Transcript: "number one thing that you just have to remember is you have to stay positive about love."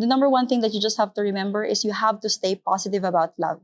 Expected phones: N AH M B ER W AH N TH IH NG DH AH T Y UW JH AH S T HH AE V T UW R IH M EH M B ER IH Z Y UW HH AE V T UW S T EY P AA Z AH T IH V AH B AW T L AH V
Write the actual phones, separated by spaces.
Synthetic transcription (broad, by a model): N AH M B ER W AH N TH IH NG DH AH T Y UW JH AH S T HH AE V T UW R IH M EH M B ER IH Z Y UW HH AE V T UW S T EY P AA S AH T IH V AH B AW T L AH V